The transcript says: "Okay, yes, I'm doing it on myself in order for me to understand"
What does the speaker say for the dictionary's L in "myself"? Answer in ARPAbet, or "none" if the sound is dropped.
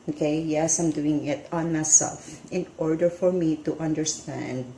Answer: L